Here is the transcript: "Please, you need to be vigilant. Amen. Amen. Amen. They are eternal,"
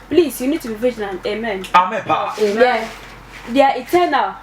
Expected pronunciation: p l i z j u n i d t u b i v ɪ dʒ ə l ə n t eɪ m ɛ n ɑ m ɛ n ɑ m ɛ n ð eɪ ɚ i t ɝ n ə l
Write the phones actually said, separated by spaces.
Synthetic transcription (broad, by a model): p l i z j u n i d t u b i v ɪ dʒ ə n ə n eɪ m ɛ n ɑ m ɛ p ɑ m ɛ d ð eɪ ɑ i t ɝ n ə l